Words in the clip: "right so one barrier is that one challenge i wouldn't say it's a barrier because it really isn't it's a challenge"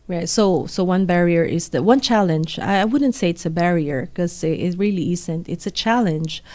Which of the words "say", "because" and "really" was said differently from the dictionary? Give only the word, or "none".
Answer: because